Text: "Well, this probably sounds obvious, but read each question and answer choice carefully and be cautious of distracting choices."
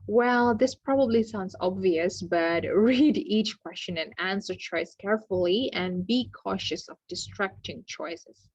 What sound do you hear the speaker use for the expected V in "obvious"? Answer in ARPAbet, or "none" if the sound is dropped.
V